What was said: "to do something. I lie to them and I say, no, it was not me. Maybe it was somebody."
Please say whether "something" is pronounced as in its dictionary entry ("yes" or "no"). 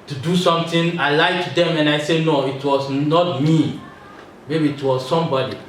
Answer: no